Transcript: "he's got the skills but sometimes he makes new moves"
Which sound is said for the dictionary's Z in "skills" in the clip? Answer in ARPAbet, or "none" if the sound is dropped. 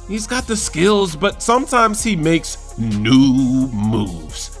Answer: Z